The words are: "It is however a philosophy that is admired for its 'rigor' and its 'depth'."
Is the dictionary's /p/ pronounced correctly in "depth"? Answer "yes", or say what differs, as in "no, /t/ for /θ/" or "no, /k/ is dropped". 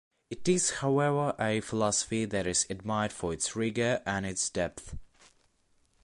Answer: yes